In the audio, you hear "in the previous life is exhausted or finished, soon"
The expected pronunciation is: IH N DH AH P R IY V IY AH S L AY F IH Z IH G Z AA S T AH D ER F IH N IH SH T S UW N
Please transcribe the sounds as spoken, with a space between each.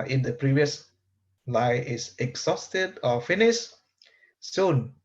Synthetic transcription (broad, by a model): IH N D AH P R IY V IY AH S L AY IH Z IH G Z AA S T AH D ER F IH N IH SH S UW N